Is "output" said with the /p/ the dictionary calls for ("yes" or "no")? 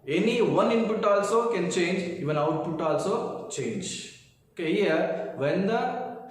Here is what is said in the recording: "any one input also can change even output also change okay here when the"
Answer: no